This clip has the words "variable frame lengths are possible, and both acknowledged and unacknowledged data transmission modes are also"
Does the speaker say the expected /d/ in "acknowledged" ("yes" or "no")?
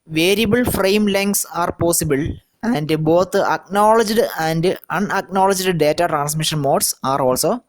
yes